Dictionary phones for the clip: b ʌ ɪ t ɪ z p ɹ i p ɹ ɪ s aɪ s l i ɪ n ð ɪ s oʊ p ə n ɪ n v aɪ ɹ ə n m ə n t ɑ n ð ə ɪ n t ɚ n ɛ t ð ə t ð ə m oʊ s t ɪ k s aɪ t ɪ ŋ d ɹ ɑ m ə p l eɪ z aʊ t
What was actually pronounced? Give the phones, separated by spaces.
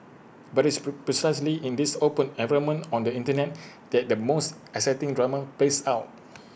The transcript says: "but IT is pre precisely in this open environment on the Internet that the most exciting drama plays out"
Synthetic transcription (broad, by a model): b ɪ t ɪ s p ɹ i s aɪ s l i ɪ n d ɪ s oʊ p ə n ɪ v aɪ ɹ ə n m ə n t ɑ n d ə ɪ n t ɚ n ɛ t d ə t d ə m oʊ s t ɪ s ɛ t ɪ ŋ d ɹ ɑ m ə p l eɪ s aʊ t